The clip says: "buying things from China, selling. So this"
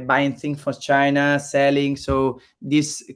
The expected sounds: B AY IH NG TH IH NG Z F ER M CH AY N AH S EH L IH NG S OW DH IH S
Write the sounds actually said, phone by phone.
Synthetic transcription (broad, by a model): B AY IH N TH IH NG F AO CH AY N AH S EH L IH NG S OW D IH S